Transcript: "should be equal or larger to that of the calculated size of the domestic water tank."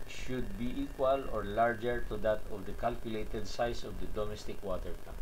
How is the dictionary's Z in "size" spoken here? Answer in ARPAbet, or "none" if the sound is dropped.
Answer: S